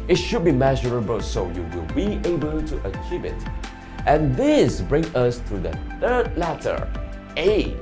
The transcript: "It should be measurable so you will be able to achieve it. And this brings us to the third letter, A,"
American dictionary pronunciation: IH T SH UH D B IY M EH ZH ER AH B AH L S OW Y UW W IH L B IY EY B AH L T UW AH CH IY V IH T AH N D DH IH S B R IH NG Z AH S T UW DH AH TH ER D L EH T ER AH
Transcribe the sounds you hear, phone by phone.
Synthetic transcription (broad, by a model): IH T SH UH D B IY M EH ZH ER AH B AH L S OW Y UW W IH L B IY EY B AH L T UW AH CH IY V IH T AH N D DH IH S B R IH NG AH S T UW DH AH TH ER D L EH T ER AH